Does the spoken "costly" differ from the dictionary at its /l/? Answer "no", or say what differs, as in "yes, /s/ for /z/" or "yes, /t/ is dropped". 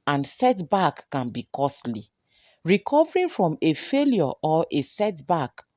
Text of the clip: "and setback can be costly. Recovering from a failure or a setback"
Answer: no